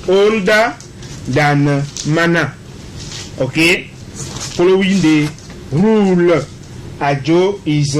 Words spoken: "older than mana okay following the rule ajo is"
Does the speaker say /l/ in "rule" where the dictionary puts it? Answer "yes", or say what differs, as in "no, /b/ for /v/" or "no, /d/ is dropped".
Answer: yes